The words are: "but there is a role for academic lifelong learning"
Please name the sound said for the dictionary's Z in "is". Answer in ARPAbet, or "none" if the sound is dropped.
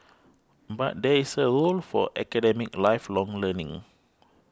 S